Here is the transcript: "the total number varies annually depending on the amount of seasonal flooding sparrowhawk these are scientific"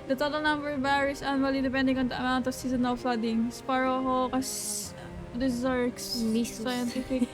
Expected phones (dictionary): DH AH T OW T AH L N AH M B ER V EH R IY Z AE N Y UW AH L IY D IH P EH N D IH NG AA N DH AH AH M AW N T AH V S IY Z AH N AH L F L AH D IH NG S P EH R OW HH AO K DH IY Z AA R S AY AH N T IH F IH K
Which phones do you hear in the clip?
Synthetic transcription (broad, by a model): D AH T OW T AH L N AH M B ER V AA R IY S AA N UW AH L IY D IH P EH N D IH NG AA N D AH AH M AW N T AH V S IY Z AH N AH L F L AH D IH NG S P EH R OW HH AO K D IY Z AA R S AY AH N T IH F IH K